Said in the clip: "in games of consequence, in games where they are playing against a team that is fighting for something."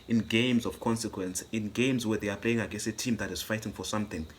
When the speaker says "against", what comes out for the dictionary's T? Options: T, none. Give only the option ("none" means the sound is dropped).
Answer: none